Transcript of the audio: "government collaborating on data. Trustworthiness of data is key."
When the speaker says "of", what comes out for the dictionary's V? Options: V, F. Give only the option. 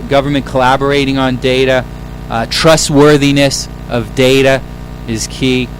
V